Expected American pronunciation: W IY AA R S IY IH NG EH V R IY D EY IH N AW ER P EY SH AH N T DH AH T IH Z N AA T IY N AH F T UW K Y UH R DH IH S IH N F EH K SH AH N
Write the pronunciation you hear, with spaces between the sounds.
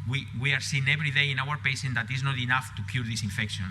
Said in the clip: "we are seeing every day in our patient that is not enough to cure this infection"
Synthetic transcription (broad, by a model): W IY AA R S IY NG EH B R IY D EY IH N AW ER P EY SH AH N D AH T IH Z N AA T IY N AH F T UW K Y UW R DH IH S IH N F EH K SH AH N